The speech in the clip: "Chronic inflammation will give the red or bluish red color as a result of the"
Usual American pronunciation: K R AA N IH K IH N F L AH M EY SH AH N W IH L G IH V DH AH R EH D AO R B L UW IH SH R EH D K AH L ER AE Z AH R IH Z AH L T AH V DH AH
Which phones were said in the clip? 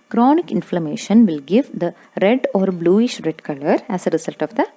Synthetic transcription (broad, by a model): K R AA N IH K IH N F L AH M EY SH AH N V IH L G IH V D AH R EH D AO R B L UW IH SH R EH D K AH L ER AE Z AH R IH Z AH L T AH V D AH